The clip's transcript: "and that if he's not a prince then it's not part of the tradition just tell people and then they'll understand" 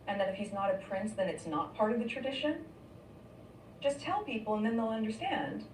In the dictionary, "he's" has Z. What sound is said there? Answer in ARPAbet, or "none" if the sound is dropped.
Z